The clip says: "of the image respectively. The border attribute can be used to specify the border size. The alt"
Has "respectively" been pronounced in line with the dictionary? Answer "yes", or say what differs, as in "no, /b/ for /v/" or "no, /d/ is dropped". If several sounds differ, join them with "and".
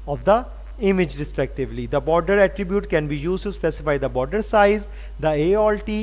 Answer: yes